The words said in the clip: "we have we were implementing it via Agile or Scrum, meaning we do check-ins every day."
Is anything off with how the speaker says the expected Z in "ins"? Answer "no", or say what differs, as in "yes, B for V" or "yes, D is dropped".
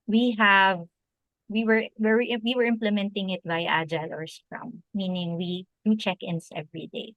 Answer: yes, S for Z